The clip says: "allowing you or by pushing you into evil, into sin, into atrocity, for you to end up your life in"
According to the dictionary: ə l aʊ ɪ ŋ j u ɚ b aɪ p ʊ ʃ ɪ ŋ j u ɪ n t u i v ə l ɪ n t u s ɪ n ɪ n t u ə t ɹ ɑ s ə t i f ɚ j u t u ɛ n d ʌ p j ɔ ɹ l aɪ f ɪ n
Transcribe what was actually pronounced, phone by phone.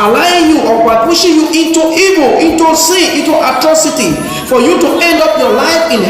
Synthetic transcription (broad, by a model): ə l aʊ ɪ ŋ j u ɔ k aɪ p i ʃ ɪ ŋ j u ɪ n t u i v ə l ɪ n t u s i ɪ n t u ə t ɹ ɑ s ə t i f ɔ j u t u ɛ n d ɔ p j ɔ l aɪ f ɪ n